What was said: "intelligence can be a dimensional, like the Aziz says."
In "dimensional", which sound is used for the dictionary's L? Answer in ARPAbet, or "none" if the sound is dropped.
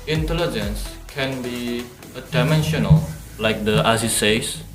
L